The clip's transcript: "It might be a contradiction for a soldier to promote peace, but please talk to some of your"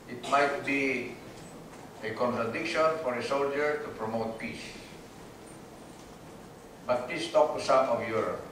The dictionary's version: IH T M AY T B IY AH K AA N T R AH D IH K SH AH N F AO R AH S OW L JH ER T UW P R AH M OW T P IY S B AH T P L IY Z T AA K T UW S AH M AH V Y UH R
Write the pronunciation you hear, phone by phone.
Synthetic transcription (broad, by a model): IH T M AY T B IY AH K AA N T R AH D IH K SH AH N F AO R AH S OW L JH ER T UW P R AH M OW T P IY S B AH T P IY S T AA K T UW S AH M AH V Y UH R